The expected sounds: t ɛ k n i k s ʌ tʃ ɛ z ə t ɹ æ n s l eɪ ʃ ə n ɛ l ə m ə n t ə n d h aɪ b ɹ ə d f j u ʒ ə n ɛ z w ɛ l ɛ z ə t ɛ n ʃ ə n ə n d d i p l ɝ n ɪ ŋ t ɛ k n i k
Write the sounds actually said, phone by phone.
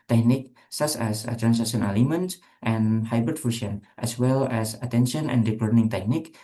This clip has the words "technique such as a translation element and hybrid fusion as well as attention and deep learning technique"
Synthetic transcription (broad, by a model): t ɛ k n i k s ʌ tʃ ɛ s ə t ɹ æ n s eɪ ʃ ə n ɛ l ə m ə n t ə n h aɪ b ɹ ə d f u ʃ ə n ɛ s w ɛ l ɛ s ə t ɛ n ʃ ə n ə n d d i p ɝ n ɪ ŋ t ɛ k n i k